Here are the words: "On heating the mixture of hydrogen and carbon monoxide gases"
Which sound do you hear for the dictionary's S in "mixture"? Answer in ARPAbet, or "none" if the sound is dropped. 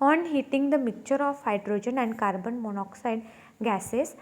none